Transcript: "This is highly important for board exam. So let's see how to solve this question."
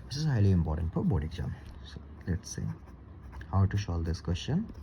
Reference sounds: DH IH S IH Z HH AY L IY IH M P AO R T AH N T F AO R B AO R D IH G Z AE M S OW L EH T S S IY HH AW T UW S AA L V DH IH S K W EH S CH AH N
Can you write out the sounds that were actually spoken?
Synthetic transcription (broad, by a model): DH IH S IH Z HH AY L IY IH M P AO R T AH N T F AO R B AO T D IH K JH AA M S OW L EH T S S IY HH AW T UW SH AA L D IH S K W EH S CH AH N